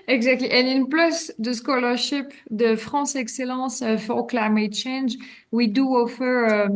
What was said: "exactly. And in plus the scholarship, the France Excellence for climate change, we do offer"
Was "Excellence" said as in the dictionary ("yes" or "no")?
no